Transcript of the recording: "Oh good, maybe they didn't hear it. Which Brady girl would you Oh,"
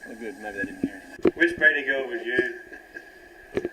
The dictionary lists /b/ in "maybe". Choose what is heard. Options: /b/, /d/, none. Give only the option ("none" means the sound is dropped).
none